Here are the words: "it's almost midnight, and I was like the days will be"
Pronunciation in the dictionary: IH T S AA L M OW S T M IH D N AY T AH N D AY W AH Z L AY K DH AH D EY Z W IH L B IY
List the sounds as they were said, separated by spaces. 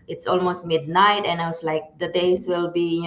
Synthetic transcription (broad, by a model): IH T S AA L M OW S T M IH D N AY T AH N AY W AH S L AY K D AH D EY S W IH L B IY